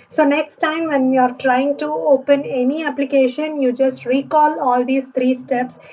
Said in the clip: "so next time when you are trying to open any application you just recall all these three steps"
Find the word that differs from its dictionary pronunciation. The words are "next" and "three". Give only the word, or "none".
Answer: three